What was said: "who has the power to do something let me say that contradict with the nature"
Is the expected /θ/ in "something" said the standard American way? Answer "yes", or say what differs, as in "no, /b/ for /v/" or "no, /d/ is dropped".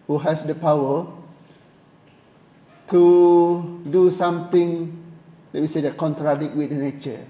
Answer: no, /t/ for /θ/